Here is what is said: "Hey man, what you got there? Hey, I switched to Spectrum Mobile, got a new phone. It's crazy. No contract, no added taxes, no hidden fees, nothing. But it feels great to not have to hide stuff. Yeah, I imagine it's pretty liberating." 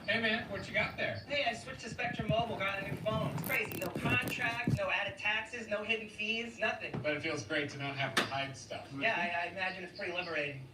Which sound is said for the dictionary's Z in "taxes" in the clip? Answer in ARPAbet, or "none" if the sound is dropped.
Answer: Z